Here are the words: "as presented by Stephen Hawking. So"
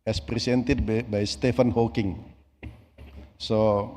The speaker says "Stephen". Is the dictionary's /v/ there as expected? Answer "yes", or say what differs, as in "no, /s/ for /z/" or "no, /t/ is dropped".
no, /f/ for /v/